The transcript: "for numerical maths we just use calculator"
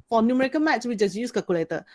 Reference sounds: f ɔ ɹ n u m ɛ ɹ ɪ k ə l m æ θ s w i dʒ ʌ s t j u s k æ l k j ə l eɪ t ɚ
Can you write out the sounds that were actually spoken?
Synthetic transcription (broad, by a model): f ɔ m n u m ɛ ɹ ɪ k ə n m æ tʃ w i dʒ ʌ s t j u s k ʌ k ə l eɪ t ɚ